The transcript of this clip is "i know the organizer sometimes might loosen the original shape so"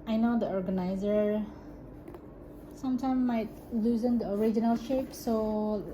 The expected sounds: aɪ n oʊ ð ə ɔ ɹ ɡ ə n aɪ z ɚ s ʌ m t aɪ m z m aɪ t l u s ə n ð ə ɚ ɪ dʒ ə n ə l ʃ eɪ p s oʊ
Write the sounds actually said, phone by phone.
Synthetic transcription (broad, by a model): aɪ n oʊ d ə ɔ ɹ ɡ ə n aɪ z ɚ s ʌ m t aɪ m m aɪ t l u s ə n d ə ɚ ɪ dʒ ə n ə l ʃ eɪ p s oʊ